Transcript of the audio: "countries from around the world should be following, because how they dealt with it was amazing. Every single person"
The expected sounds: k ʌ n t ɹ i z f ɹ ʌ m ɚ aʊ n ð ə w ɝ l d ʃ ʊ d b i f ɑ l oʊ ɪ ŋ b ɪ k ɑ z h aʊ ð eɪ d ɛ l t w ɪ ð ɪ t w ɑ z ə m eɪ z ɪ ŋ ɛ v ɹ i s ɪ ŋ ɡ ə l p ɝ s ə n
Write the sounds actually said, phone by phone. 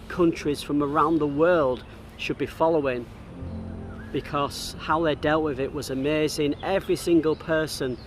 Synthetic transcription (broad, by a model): k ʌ n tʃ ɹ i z f ɹ ʌ m ɚ aʊ n ð ə w ɝ l d ʃ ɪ d b i f ɑ l oʊ ɪ ŋ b ɪ k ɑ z h aʊ ð eɪ d ɛ l t w ɪ ð ɪ t w ɑ z ə m eɪ z ɪ ŋ ɛ v ɹ i s ɪ ŋ ɡ ə l p ɝ s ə n